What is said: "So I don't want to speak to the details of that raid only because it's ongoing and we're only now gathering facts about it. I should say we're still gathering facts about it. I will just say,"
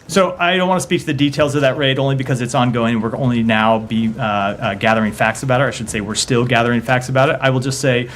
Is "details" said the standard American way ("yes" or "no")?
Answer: yes